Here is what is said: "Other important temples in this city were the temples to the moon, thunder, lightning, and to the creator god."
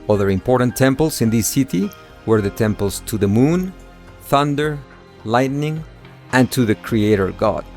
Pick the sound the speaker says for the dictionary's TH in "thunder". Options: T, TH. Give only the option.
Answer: TH